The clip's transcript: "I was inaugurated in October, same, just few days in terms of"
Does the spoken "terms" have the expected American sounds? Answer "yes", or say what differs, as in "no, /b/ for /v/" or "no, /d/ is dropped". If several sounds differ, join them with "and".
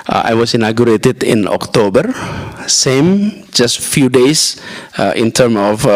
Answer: no, /z/ is dropped